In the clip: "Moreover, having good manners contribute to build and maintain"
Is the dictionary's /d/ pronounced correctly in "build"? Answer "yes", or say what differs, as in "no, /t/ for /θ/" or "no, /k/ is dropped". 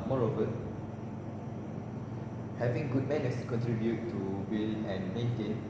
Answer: no, /d/ is dropped